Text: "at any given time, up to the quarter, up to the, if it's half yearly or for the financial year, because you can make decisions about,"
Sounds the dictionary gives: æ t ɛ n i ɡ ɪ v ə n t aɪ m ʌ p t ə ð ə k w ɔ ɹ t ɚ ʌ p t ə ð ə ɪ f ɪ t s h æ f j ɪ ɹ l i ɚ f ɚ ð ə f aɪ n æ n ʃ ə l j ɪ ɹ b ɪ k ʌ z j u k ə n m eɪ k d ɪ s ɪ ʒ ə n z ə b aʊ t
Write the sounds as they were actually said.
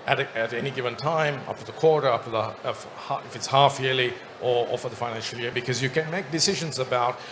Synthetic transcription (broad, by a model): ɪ t ɛ n i ɡ ɪ v ə n t aɪ m ʌ p t ə ð ə k w ɔ ɹ t ɚ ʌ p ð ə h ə ɪ f ɪ t s h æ f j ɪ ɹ l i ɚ f ɚ ð ə f aɪ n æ n ʃ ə l j ɪ ɹ b ɪ k ʌ z j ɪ k ə n m eɪ k d ɪ s ɪ ʒ ə n z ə b aʊ t